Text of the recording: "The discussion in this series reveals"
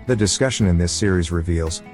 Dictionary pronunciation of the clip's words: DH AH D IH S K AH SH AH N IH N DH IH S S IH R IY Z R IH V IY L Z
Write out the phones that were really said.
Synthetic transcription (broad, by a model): DH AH D IH S K AH SH AH N IH N DH IH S S IH R IY Z R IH V IY L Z